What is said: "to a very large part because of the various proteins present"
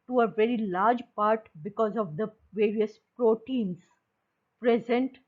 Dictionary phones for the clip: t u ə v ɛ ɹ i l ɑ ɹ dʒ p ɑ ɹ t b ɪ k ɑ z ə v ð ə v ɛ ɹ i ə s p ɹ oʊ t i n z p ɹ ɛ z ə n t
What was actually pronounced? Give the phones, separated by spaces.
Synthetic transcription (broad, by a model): t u ə v ɛ ɹ i l ɑ ɹ dʒ p ɑ ɹ t b ɪ k ɑ z ə v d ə v ɛ ɹ i ə s p ɹ oʊ t i n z p ɹ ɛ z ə n t